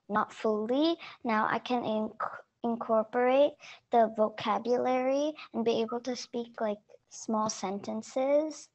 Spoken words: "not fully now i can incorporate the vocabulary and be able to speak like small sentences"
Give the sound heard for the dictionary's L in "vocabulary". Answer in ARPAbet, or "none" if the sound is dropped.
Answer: L